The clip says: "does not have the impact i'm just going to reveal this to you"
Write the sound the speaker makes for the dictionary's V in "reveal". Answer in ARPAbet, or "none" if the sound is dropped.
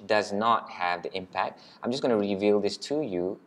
V